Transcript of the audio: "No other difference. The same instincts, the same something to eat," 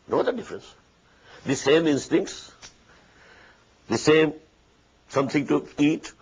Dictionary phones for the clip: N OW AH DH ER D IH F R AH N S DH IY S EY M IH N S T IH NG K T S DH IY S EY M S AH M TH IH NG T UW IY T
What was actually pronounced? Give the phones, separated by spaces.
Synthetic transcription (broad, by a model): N OW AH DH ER D IH F R AH N S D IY S EY M IH N S T IH NG K T S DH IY S EY M S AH M T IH NG T UW IY T